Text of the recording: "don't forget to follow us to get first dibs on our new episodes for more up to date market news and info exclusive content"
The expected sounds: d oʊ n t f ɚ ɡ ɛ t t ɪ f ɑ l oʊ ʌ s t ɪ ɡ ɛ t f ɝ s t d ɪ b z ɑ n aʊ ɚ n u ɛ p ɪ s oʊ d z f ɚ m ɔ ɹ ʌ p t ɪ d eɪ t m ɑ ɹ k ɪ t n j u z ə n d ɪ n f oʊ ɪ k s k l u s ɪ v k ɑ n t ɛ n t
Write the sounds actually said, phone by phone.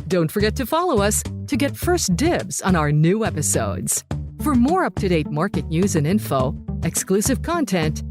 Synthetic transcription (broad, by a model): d oʊ n t f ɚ ɡ ɛ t t ɪ f ɑ l oʊ ʌ s t ɪ ɡ ɛ t f ɝ s d ɪ b z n aʊ ɚ n u ɛ p ɪ s oʊ d z f ɚ m ɔ ɹ ʌ p t ɪ d eɪ t m ɑ ɹ k ɪ t n j u z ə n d ɪ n f oʊ ɪ k s k l u s ɪ v k ɑ n t ɛ n t